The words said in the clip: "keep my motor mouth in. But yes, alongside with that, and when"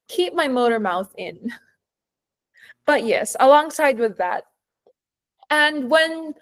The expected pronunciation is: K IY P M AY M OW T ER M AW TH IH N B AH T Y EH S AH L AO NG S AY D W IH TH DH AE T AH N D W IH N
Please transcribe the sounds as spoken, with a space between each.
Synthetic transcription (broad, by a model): K IY P M AY M OW T ER M AW TH IH N B AH T Y EH S AH L AO NG S AY D W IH DH AE T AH N W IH N